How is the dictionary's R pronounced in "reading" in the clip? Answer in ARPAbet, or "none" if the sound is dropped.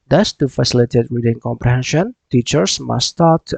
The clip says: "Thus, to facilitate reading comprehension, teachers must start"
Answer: W